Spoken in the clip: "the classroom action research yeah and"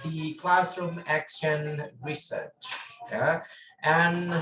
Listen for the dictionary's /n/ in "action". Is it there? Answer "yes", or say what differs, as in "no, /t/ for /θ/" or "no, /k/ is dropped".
yes